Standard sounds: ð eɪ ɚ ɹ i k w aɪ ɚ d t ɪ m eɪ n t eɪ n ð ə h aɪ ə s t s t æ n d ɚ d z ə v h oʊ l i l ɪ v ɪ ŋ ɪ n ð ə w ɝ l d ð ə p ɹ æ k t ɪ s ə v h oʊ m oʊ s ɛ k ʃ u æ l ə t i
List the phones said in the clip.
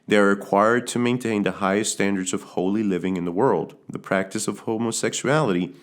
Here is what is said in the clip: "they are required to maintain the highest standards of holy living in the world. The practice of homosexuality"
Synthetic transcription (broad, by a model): ð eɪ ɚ ɹ i k w aɪ ɚ d t ɪ m eɪ n t eɪ n ð ə h aɪ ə s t s t æ n d ɚ d z ə v h oʊ l i l ɪ v ɪ ŋ ɪ n ð ə w ɝ l d ð ə p ɹ æ k t ɪ s ə v h oʊ m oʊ s ɛ k ʃ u æ l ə t i